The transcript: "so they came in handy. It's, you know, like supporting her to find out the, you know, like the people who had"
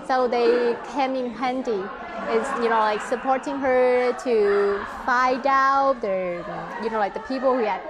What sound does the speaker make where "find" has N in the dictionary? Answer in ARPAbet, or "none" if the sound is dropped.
none